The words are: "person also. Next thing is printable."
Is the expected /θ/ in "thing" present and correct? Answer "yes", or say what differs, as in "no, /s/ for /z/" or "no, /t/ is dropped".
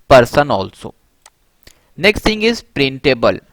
no, /t/ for /θ/